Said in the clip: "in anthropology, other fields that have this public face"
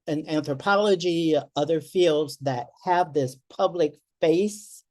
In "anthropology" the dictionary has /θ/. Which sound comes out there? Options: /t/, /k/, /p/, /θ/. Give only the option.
/θ/